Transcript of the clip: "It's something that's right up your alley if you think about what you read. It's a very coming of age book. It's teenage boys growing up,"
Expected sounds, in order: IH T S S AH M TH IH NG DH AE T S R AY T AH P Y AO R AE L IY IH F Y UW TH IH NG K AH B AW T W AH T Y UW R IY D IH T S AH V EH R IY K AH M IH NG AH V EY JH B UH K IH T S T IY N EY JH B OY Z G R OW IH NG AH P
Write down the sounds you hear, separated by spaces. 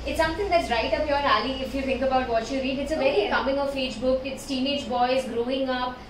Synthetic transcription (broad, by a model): IH T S S AH M T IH NG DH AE T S R AY T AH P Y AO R AE L IY IH F Y UW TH IH NG K AH B AW T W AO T Y UW R IY D IH T S AH V EH R IY K AH M IH NG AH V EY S B UH K IH T S T IY N EY JH B OY Z G R OW IH NG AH P